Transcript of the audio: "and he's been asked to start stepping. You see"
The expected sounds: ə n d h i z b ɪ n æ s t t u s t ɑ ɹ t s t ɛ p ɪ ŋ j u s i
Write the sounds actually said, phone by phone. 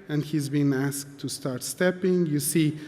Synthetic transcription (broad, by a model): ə n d h i z b ɪ n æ s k t u s t ɑ ɹ t s t ɛ p ɪ ŋ j u s i